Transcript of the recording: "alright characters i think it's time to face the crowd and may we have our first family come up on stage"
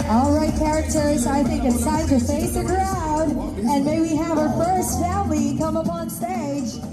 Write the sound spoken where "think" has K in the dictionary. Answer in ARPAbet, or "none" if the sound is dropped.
K